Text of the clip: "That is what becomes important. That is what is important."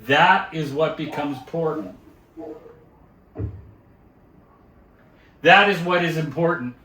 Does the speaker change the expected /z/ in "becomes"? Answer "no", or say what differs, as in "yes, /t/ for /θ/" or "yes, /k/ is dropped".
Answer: no